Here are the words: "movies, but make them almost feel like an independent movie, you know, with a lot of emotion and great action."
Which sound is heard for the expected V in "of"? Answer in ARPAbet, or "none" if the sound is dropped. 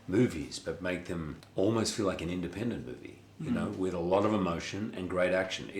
V